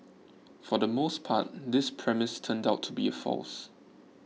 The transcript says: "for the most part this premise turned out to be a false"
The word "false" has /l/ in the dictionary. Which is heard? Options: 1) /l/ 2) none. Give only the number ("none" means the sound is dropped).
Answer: 1